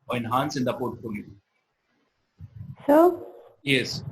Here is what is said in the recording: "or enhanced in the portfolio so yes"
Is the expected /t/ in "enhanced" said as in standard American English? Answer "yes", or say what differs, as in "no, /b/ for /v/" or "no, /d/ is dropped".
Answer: no, /t/ is dropped